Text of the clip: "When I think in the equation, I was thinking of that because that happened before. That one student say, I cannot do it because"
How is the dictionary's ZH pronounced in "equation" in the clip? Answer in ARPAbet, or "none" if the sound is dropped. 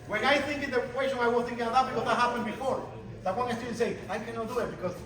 S